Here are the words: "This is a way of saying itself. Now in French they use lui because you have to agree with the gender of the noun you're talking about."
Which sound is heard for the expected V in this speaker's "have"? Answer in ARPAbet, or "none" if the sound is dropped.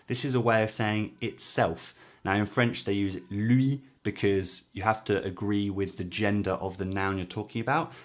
F